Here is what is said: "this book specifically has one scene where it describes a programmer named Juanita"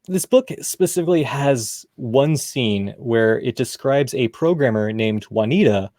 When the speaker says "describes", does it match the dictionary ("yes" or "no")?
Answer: yes